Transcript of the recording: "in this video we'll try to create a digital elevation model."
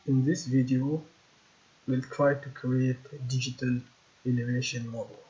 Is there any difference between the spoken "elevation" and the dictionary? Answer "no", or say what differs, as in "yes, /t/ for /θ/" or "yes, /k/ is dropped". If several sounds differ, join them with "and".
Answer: yes, /n/ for /l/